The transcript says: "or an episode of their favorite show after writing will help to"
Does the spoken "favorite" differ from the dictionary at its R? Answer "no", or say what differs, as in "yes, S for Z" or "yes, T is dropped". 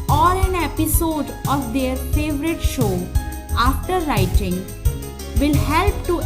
no